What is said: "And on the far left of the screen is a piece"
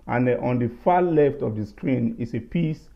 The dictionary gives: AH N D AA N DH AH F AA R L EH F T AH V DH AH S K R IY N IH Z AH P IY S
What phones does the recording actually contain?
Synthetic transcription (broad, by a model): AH N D AA N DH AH F AA L EH F T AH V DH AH S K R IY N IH S AH P IY S